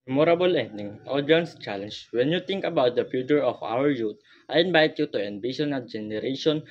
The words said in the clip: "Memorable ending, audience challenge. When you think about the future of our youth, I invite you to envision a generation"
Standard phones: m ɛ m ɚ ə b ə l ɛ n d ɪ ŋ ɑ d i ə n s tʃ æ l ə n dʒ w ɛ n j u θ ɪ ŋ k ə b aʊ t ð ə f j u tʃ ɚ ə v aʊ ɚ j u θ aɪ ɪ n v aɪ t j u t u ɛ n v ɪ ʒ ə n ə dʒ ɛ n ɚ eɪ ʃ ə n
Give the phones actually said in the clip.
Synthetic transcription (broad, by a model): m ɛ m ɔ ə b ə l ɛ n d ɪ ŋ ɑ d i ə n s tʃ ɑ l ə n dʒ w ɛ n j u t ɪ ŋ k ə b aʊ t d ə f j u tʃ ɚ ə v aʊ ɚ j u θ aɪ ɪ n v aɪ t j u t u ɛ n b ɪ ʃ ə n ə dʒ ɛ n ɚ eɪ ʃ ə n